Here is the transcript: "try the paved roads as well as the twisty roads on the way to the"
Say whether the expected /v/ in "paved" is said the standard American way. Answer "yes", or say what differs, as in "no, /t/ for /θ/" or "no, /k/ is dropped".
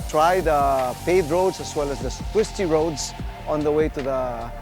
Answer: no, /v/ is dropped